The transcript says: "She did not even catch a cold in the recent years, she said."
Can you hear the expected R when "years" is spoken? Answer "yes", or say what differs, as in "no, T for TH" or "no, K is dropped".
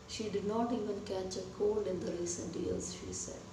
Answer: no, L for R